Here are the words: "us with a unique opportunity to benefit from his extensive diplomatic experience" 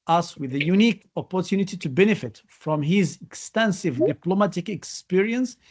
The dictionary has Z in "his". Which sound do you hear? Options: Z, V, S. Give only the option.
Z